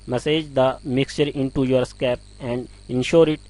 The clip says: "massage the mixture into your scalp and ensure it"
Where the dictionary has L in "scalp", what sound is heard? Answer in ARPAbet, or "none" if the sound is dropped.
none